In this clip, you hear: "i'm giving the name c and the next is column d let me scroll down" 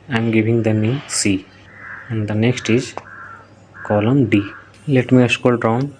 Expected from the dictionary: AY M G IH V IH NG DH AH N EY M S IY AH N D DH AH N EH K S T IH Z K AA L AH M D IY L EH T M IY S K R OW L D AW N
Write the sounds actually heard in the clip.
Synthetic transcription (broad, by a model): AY M G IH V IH NG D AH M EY S IY AH N D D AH N EH K S T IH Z K AA L AH M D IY L EH T M IY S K OW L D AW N